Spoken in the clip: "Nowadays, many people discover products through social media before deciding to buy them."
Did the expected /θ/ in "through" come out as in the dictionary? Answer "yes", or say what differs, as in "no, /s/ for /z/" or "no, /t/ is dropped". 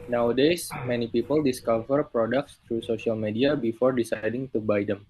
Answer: no, /t/ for /θ/